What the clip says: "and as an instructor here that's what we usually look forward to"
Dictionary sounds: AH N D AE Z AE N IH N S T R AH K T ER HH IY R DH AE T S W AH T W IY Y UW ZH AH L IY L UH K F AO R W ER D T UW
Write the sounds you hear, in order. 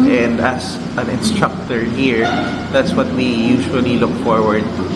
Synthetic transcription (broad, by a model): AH N D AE S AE N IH N S T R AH K T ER HH IY R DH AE T S W AH T W IY Y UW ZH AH L IY L UH K F AO R W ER D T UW